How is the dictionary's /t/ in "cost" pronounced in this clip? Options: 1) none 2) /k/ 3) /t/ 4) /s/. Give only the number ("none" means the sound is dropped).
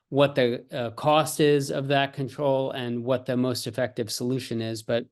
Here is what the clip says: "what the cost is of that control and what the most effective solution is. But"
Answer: 3